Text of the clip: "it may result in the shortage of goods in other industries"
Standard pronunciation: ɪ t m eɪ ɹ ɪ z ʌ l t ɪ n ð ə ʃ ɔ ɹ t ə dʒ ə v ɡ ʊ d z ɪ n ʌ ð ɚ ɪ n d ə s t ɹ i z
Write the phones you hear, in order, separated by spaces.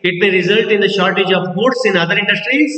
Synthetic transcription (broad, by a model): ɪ t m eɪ ɹ ɪ z ʌ l t ɪ n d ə ʃ ɔ ɹ t ə dʒ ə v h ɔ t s ɪ n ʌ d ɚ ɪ n d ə s t ɹ i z